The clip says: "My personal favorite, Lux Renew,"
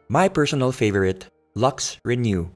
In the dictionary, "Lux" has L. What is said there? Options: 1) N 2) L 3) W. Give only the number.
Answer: 2